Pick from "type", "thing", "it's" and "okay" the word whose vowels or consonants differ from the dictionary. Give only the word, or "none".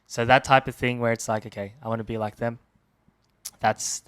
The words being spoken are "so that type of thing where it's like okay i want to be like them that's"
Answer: none